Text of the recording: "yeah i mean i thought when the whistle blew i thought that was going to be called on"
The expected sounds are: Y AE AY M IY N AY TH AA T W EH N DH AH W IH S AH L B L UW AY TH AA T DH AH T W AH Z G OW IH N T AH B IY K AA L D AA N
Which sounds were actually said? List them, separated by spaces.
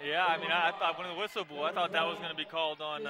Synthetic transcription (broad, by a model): Y AE AY M IY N AY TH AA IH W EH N DH AH W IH S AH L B UW AY TH AA T DH AH T W AH Z G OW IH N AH B IY K AA L D N